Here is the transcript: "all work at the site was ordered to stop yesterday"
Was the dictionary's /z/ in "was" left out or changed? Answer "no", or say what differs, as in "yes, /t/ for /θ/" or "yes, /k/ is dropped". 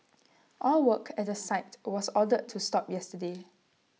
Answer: yes, /s/ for /z/